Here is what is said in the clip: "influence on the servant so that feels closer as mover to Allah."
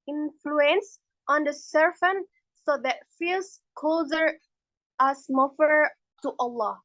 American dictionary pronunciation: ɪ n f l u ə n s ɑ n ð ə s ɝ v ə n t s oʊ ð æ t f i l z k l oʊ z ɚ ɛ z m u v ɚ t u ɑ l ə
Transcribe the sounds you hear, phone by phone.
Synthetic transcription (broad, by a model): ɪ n f l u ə n s ɑ n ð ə s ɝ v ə n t s oʊ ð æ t f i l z k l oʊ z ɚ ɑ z m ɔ f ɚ t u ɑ l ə